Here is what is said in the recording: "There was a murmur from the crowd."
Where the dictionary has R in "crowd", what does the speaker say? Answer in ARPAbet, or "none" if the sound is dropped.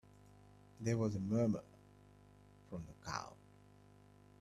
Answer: none